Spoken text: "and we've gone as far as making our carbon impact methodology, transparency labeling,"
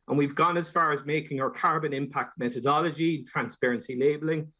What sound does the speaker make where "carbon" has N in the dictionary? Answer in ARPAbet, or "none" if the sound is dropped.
N